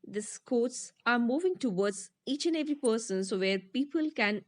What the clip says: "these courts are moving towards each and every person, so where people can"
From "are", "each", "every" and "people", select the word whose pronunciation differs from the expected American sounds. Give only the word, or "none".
none